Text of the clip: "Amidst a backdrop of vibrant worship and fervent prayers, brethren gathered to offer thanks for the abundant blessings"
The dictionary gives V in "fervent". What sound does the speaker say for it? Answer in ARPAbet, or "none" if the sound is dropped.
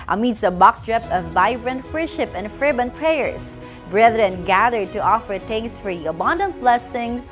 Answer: B